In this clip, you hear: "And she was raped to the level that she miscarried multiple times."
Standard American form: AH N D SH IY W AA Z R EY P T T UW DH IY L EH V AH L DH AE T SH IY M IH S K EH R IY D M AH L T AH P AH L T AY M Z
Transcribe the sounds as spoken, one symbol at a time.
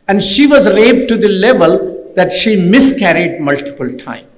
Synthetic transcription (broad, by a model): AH N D SH IY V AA Z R EY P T T UW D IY L EH V AH L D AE T SH IY M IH S K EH R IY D M AH L T AH P AH L T AY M